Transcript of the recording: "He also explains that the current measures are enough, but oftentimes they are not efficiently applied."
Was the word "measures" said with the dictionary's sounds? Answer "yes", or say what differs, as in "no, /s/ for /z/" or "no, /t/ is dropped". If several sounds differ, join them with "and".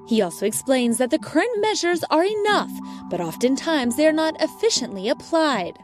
yes